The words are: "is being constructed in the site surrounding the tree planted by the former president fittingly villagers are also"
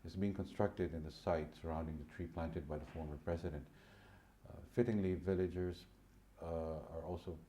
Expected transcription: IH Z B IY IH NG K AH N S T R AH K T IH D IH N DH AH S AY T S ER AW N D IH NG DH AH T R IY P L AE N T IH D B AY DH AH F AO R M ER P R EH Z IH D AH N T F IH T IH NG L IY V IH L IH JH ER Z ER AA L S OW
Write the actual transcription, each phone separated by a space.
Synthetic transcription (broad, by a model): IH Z B IY IH NG K AH N S T R AH K T IH D IH N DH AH S AY T S ER AW N D IH NG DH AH T R IY P L AE N T IH D B AY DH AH F AO R M ER P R EH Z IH D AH N T F IH T IH NG L IY V IH L IH JH ER Z ER AA L S OW